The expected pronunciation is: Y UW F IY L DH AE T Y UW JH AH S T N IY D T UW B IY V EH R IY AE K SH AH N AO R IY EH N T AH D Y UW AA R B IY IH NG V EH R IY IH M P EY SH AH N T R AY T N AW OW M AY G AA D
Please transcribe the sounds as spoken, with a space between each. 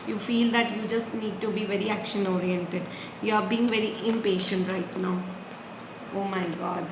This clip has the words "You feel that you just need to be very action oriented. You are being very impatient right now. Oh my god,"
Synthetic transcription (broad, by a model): Y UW F IY L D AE T Y UW JH AH S T N IY D T UW B IY V EH R IY AE K SH AH N AO R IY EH N T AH D Y UW AA R B IY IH NG V EH R IY IH M P EY SH AH N T R AY T N AW OW M AY G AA D